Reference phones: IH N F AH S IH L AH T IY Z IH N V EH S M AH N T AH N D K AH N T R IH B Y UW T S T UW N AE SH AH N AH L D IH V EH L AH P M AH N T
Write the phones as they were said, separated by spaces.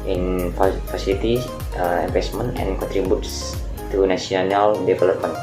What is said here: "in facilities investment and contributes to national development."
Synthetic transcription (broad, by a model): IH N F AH S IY L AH T IY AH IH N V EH S M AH N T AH N K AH N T R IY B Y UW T S T UW N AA S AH N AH L D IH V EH L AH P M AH N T